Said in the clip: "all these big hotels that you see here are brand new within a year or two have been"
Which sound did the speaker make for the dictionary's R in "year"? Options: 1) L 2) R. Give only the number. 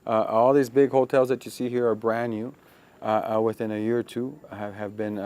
2